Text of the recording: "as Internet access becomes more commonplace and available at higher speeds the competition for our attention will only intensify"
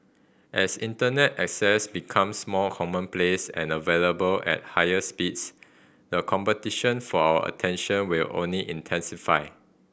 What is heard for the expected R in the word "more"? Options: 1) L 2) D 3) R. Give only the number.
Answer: 1